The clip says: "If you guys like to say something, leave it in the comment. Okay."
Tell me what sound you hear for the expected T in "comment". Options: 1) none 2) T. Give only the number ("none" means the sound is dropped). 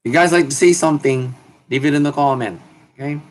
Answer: 1